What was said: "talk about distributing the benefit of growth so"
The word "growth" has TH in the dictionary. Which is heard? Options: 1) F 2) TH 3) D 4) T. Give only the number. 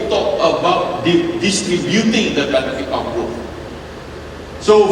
1